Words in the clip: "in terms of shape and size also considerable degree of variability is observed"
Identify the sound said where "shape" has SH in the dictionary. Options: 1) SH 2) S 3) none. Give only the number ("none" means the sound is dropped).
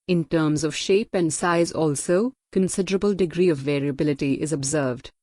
1